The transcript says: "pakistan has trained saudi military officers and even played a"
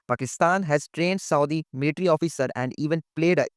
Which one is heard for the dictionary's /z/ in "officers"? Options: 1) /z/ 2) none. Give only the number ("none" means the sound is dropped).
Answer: 2